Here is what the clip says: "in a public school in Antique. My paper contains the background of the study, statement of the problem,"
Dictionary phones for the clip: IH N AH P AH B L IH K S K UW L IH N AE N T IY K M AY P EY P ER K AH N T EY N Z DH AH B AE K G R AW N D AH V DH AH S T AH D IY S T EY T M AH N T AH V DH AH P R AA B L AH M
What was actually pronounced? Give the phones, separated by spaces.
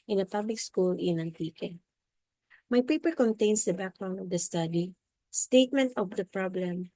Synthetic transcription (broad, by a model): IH N AH P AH B L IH K S K UW L IH N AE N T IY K M AY P EY P ER K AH N T EY N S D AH B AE K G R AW N AH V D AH S T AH D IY S T EY T M AH N T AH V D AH P R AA B L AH M